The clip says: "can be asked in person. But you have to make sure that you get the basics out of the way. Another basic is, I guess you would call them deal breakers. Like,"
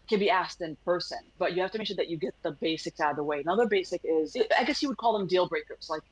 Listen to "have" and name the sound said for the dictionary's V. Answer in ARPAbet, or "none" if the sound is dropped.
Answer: F